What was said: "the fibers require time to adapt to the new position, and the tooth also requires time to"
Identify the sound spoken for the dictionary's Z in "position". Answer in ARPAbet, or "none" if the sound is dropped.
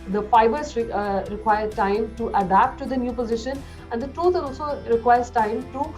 Z